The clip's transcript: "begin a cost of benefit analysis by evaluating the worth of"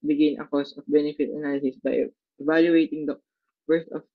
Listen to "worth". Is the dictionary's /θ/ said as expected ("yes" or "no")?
no